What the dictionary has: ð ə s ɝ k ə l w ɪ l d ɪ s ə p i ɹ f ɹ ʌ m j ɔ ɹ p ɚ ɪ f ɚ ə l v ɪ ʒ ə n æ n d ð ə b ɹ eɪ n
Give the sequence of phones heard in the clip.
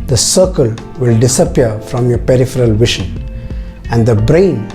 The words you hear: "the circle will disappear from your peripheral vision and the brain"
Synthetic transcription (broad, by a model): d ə s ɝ k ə l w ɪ l d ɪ s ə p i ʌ f ɹ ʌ m j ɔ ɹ p ɚ ɪ f ɚ ə l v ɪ ʃ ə n æ n d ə b ɹ eɪ n